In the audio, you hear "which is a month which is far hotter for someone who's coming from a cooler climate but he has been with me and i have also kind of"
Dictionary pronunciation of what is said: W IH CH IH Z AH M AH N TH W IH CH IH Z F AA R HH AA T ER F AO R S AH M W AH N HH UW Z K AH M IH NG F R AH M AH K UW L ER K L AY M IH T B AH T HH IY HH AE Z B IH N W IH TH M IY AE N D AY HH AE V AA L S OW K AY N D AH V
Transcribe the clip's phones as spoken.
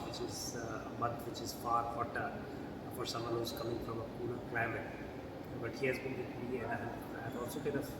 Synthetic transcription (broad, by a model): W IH CH IH Z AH M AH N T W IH CH IH Z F AA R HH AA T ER F AO R S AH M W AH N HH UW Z K AH M IH NG F R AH M AH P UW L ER K L AY M IH T B AH T HH IY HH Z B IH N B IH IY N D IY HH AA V AA L S OW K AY D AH